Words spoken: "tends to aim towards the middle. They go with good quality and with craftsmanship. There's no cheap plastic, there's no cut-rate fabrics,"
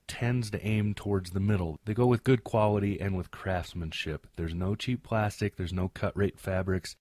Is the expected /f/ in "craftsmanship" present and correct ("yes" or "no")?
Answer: yes